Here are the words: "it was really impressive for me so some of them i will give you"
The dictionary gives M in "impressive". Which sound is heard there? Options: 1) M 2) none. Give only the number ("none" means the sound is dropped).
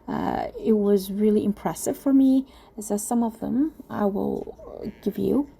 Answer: 1